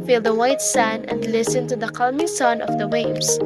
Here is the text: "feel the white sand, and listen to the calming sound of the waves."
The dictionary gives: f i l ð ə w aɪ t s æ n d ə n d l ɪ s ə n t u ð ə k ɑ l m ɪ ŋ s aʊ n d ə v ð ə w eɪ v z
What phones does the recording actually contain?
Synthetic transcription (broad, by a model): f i l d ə w aɪ t s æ n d ə n d l ɪ s ə n t u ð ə k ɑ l m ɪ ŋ s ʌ n ə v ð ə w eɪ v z